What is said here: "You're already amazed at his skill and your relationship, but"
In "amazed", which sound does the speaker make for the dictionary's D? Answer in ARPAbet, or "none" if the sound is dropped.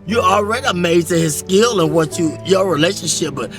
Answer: none